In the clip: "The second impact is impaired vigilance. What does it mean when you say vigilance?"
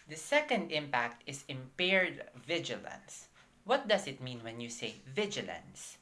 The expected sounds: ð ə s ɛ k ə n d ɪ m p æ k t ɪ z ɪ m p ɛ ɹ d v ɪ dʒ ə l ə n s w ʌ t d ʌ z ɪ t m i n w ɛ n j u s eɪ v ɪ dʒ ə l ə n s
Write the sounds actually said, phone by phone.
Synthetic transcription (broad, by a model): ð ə s ɛ k ə n d ɪ m p æ k t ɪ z ɪ m p ɛ ɹ d v ɪ dʒ ə l ə n s w ʌ t d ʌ s ɪ t m i n w ɛ n j u s eɪ v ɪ dʒ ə l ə n s